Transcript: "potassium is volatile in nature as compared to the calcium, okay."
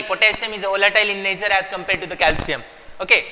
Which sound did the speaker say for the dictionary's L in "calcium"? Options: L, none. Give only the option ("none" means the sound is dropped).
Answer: L